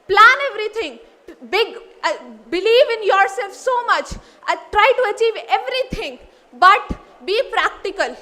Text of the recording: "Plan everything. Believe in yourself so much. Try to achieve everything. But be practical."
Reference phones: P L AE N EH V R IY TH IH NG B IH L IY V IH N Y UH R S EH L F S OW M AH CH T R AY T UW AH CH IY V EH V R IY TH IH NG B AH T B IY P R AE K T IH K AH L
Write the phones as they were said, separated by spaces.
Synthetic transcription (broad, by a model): P L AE N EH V R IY T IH NG B IH L IY V IH N Y UH R S EH L F S OW M AH CH T R AY T UW AH CH IY V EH V R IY T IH NG B AH T B IY P R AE K T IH K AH L